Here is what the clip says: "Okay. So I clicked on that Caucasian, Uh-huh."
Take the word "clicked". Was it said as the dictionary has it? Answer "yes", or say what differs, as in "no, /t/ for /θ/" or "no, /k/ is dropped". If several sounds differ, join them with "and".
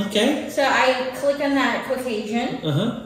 no, /t/ is dropped